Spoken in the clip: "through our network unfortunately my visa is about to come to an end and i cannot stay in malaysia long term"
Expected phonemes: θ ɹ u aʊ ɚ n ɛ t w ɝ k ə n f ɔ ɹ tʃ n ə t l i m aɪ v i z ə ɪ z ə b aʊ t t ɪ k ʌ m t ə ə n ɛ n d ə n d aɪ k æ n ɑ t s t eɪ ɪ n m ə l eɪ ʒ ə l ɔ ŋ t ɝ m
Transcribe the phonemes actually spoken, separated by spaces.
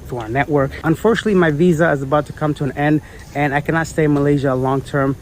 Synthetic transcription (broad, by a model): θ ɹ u aʊ ɚ n ɛ t w ɝ k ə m f ɔ ɹ tʃ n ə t l i m aɪ v i z ə ɪ z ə b aʊ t t ɪ k ʌ m t ə ə n ɛ n d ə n aɪ k æ n ɑ t s t eɪ ɪ n m ə l eɪ ʒ ə l ɔ ŋ t ɝ m